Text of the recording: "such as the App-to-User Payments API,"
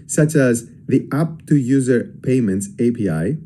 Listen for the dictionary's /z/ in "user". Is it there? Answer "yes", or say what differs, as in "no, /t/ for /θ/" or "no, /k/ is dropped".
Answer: yes